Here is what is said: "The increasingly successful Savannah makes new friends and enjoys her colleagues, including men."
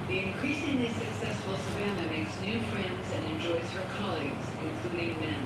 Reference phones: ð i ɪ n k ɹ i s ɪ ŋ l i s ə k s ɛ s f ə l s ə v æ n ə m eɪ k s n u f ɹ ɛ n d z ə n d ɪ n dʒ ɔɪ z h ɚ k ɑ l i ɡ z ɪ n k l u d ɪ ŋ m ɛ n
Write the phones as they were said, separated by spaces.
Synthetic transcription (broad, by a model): ð i ɪ n k ɹ i s ɪ ŋ l i s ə k s ɛ s f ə l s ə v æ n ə m eɪ k s n u f ɹ ɛ n d z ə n ɪ n dʒ ɔɪ z h ɚ k ɑ l i ɡ z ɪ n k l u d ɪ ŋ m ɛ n